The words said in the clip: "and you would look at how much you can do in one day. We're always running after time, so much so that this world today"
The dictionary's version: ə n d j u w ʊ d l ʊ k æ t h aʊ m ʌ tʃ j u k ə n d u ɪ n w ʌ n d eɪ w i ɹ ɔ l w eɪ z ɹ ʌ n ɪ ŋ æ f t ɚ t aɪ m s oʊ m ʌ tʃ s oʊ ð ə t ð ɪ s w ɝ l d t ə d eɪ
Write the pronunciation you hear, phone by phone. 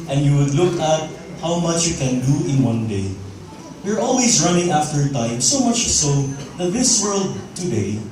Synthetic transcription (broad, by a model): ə n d j u w ʊ d l ʊ k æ t h aʊ m ʌ tʃ j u k ə n d u ɪ n w ʌ n d eɪ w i ɹ ɔ l w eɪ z ɹ ʌ n ɪ ŋ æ f t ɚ t aɪ m s oʊ m ʌ tʃ s oʊ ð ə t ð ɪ s w ɝ l d t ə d eɪ